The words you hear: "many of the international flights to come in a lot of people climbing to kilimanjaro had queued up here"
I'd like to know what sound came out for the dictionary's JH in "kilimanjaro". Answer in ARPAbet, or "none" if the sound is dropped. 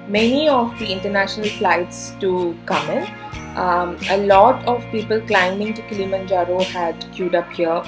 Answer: JH